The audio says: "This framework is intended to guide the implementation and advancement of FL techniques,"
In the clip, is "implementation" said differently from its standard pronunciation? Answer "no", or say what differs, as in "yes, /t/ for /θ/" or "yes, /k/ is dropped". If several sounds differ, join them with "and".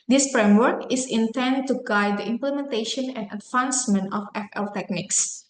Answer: no